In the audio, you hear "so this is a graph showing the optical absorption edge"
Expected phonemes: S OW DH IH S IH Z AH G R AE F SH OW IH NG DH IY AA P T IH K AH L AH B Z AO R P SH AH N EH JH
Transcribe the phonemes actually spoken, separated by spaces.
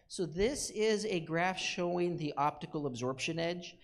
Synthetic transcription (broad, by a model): S OW DH IH S IH Z AH G R AE F SH OW IH NG DH IY AA P T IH K L AH B Z AO R P SH AH N EH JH